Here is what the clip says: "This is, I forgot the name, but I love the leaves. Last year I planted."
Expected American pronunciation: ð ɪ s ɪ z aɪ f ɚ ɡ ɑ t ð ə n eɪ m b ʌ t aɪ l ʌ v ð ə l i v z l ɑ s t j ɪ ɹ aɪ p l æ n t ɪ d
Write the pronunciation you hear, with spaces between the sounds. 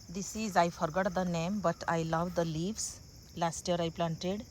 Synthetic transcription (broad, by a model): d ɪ s ɪ z aɪ f ɚ ɡ ɑ t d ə n eɪ m b ʌ t aɪ l ʌ v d ə l i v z l ɑ s t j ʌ ɹ aɪ p l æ n t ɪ d